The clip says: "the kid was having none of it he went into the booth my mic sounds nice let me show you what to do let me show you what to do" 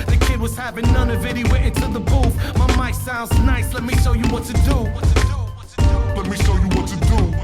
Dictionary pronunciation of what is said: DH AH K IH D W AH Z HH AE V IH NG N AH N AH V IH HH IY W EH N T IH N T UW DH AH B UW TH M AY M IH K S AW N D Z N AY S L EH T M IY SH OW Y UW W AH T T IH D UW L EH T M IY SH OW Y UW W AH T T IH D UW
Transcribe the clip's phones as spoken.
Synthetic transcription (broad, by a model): DH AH K IH D W AH Z HH AE V IH NG N AH N AH V IH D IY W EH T IH N T UW DH AH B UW F M AY M IH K S AW N D Z N AY S L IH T M IY SH OW Y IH W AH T T IH D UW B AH T M IY SH OW Y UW W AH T T IH D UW